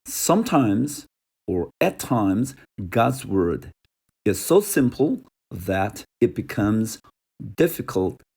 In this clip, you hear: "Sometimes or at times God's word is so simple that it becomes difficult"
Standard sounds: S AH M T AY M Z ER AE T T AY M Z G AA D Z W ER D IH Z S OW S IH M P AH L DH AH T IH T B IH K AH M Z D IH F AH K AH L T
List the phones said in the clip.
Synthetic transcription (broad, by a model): S AH M T AY M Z ER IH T T AY M Z G AA D Z W ER D IH Z S OW S IH M P L DH AH T IH T B IH K AH M Z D IH F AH K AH L T